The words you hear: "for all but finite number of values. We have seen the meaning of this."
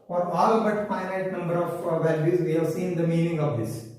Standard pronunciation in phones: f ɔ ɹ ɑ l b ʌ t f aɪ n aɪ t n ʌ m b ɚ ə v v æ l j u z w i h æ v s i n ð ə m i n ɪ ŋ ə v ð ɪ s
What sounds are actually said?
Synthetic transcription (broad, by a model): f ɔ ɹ ɑ l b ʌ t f aɪ n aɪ t n ʌ m b ɚ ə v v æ l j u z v i h æ v s i n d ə m i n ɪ ŋ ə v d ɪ s